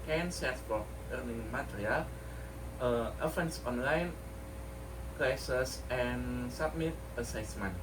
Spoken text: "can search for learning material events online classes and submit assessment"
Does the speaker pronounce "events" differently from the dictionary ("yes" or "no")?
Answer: yes